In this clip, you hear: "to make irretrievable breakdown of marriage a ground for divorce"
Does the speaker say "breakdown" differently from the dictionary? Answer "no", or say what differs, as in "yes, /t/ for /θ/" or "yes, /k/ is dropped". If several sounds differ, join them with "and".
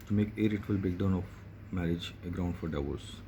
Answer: yes, /ɹ/ is dropped